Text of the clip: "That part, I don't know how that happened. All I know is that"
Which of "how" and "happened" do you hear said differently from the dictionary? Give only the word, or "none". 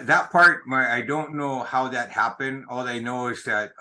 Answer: none